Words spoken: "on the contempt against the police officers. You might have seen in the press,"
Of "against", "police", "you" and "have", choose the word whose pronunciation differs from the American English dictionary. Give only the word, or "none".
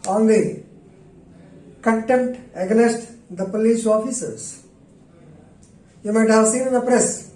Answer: against